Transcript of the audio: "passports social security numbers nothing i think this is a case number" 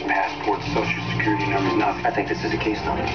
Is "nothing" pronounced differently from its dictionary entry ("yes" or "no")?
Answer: yes